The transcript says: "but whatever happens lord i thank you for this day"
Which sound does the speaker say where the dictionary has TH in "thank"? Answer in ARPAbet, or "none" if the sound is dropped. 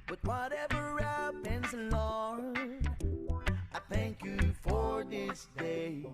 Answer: TH